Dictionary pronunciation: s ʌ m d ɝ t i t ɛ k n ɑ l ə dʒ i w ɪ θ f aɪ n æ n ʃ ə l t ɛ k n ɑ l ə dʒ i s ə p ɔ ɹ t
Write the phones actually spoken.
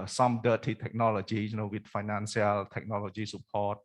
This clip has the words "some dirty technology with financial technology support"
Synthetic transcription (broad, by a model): s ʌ m d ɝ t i t ɛ k n ɑ l ə dʒ i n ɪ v f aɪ n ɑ n s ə l t ɛ k n ɑ l ə dʒ i s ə p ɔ t